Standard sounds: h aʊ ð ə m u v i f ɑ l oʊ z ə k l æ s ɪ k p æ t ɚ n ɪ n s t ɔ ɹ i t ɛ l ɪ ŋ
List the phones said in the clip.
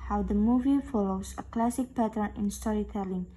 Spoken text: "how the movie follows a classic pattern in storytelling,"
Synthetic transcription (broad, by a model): h aʊ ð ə m u v i f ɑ l oʊ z ə k l æ s ɪ k p æ t ɚ n ɪ n s t ɔ ɹ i t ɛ l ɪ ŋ